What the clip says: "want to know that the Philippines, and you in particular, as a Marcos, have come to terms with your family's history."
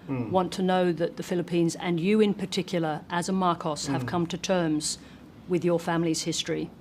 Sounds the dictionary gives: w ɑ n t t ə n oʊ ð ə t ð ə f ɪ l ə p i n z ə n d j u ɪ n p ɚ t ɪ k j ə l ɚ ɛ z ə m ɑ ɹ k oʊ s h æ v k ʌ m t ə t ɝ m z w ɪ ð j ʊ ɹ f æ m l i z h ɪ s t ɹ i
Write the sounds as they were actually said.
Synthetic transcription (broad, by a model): w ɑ n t t ə n oʊ ð ə t ð ə f ɪ l ə p i n z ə n j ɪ ɪ n p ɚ t ɪ k j l ɚ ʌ z ə m ɑ ɹ k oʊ s h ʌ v k ʌ m t ə t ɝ m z w ɪ ð j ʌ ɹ f æ m l i z h ɪ s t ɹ i